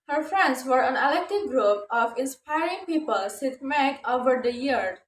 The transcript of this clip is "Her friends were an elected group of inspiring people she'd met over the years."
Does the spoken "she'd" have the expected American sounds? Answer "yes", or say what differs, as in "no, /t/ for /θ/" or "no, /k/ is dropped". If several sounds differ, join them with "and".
no, /s/ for /ʃ/